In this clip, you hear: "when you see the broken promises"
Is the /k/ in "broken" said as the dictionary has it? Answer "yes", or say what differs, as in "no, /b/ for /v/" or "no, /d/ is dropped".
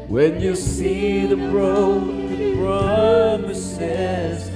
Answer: no, /k/ is dropped